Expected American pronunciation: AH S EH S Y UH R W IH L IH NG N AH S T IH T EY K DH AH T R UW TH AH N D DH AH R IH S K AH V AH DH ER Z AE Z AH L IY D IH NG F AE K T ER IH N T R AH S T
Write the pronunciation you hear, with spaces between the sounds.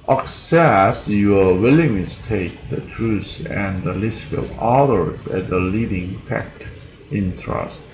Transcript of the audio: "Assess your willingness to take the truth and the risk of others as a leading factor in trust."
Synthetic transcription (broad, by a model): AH S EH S Y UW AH W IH L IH NG T IH T EY K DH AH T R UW S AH N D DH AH L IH S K AH V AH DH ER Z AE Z AH L IY D IH NG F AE K T IH N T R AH S T